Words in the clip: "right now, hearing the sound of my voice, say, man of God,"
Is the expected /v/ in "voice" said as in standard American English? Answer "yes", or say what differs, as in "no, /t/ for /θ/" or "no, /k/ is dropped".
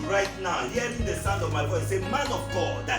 no, /w/ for /v/